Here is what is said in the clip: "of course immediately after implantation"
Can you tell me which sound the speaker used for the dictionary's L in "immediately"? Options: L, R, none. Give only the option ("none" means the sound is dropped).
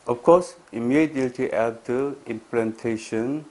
none